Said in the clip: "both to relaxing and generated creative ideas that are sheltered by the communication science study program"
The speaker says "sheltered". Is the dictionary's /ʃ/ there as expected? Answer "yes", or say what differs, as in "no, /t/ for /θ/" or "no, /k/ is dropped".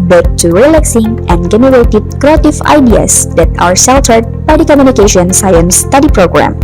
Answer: no, /s/ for /ʃ/